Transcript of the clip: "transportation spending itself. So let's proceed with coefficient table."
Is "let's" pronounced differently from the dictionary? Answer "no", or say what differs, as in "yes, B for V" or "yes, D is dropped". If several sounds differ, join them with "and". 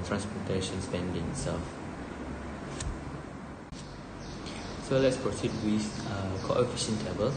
no